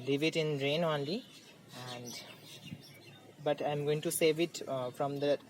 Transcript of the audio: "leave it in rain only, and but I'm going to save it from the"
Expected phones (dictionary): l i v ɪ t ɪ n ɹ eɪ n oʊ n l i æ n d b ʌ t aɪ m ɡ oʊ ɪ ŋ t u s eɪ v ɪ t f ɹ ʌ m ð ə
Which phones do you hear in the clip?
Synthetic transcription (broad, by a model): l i v ɪ t ɪ n ɹ eɪ n oʊ n l i æ n d b ʌ t aɪ m ɡ oʊ ɪ ŋ t u s eɪ v ɪ t f ɹ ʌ m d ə